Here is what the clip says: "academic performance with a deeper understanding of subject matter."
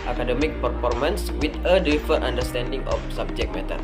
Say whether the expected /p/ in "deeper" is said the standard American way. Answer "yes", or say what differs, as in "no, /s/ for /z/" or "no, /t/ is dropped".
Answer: no, /f/ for /p/